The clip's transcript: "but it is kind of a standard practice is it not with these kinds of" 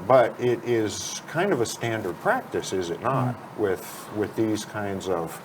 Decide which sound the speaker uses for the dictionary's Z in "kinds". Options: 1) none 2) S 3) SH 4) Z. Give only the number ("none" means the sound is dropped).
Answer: 4